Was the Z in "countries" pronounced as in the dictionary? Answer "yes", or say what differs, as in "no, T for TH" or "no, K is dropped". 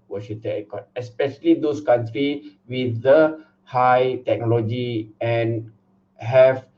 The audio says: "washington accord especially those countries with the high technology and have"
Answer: no, Z is dropped